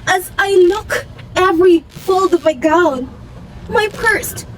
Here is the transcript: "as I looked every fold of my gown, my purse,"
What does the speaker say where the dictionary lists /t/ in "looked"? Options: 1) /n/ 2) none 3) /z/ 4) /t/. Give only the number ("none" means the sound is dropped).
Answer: 2